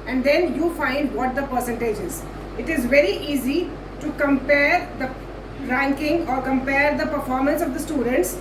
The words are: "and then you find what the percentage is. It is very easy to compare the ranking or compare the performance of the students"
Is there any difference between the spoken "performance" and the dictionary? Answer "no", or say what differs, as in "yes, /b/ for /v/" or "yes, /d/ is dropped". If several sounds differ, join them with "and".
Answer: no